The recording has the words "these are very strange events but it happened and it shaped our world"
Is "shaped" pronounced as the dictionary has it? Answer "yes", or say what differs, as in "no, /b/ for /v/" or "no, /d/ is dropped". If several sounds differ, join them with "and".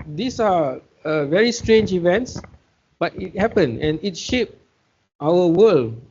yes